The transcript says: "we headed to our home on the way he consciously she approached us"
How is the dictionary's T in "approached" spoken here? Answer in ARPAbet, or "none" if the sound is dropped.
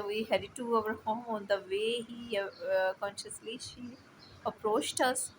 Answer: T